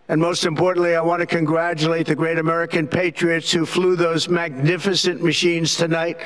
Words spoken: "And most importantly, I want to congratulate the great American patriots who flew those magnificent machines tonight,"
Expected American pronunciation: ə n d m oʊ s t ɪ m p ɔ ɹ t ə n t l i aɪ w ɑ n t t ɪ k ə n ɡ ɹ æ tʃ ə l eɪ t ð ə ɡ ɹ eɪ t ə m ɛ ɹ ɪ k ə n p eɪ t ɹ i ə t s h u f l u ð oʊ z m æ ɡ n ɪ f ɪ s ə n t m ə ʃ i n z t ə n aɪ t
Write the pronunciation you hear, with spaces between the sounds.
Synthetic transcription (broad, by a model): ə n m oʊ s t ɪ m p ɔ ɹ t n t l i aɪ w ɑ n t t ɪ k ə n ɡ ɹ æ tʃ ə l eɪ t ð ə ɡ ɹ eɪ t ə m ɛ ɹ ɪ k ə n p eɪ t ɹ i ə t s h u f l u ð oʊ z m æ ɡ n ɪ f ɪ s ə n m ə ʃ i n z t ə n aɪ t